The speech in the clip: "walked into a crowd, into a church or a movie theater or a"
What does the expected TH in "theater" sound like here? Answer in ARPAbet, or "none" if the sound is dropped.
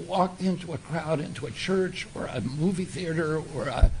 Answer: TH